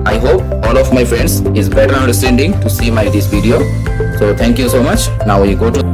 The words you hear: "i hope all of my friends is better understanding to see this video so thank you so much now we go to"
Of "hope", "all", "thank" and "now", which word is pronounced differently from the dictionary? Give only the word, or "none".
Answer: thank